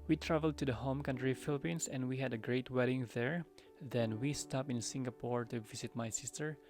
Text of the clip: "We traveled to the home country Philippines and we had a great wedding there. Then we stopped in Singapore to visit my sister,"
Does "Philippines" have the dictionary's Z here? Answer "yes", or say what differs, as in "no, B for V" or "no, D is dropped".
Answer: no, S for Z